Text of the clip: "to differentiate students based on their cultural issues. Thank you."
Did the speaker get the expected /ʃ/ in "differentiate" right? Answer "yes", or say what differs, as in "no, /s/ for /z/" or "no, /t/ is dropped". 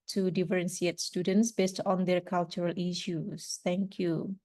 no, /s/ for /ʃ/